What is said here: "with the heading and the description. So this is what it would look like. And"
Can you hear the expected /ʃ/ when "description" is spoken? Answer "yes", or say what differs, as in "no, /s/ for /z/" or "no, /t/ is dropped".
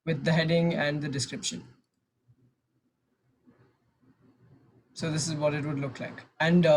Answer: yes